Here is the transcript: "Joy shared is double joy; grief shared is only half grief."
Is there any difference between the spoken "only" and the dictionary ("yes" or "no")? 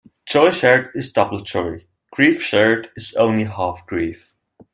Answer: no